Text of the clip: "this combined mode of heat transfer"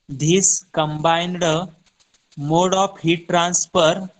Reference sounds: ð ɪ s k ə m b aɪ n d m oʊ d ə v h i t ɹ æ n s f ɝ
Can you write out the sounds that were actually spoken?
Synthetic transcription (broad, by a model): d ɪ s k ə m b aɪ n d m oʊ d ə p h i t ɹ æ n s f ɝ